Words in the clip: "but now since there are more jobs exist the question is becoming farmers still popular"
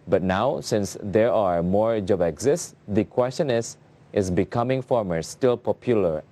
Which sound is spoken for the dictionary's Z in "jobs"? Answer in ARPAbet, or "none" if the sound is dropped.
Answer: none